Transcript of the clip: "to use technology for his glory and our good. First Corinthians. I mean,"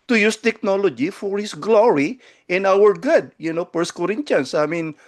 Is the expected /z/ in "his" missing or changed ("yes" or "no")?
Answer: yes